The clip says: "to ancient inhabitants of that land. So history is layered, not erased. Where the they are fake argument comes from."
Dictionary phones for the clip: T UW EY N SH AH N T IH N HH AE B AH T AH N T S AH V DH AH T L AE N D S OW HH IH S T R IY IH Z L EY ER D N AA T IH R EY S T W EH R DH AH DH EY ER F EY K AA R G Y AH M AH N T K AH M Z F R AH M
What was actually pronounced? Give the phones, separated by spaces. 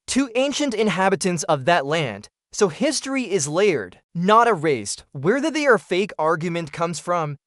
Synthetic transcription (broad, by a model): T UW EY N SH AH N T IH N HH AE B AH T AH N T S AH V DH AH T L AE N D S OW HH IH S T R IY IH Z L EY ER D N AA T IH R EY S T W EH R DH AH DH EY ER F EY K AA R G Y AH M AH N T K AH M Z F R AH M